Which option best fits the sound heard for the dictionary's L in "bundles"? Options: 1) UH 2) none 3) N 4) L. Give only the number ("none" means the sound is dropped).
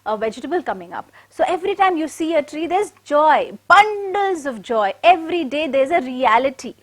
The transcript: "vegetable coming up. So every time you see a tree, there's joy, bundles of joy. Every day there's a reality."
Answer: 4